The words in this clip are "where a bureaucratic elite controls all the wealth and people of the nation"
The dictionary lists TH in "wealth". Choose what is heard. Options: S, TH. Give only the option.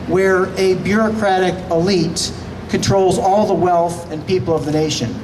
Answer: TH